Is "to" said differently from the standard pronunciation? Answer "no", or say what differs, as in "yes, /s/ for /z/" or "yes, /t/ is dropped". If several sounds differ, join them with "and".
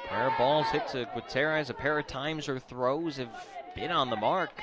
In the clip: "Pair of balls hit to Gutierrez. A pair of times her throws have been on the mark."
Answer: yes, /s/ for /t/